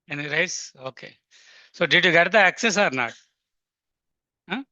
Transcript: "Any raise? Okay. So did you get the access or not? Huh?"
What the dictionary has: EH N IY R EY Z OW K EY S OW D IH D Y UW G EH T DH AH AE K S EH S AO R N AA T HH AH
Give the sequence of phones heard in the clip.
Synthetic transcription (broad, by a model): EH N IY R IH S OW K EY S OW D IH D Y UW G EH T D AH AE K S EH S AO R N AA T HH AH